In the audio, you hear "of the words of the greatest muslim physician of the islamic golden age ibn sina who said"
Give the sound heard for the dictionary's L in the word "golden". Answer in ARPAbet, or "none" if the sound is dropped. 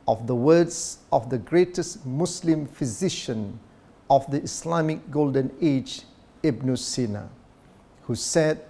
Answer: L